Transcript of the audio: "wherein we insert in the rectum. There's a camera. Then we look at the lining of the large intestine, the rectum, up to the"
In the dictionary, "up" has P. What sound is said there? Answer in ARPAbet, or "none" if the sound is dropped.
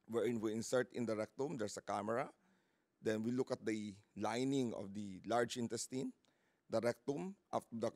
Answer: F